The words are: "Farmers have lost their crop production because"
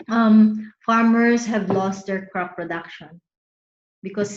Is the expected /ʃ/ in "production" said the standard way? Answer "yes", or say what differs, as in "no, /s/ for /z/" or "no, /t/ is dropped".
yes